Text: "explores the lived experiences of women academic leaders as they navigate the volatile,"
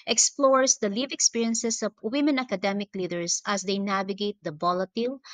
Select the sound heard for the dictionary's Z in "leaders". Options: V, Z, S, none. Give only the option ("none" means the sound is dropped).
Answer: S